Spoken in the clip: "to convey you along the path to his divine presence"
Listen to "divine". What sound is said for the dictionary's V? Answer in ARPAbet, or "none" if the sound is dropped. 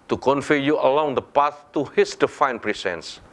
F